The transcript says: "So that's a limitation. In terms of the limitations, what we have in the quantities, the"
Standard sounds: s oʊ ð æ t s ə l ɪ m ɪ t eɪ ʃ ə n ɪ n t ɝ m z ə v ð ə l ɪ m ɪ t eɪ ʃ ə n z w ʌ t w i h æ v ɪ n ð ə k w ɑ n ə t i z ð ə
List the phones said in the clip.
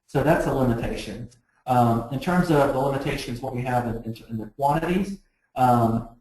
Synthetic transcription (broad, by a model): s oʊ ð æ t s ə l ɪ m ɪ t eɪ ʃ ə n ɪ n t ɝ m z ə v ð ə l ɪ m ɪ t eɪ ʃ ə n z w ʌ t w i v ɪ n ɪ n ð ə k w ɑ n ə t i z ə